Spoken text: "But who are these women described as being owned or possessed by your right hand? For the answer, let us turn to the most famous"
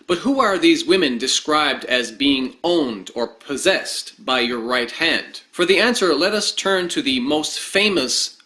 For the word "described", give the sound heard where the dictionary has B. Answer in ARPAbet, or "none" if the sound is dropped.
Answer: B